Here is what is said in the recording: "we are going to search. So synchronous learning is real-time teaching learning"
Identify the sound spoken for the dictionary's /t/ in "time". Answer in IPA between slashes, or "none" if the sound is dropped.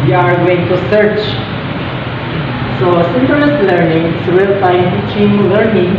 /s/